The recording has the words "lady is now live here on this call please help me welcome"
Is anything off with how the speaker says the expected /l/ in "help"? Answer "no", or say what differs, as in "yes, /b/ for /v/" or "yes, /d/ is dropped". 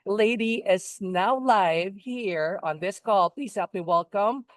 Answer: yes, /l/ is dropped